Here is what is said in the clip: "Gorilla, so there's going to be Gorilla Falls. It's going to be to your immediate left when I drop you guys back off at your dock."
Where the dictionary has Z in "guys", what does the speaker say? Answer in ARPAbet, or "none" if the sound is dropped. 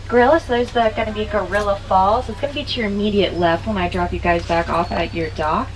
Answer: Z